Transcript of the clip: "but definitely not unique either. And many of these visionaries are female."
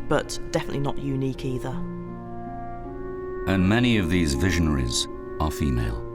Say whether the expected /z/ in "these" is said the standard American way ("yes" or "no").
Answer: yes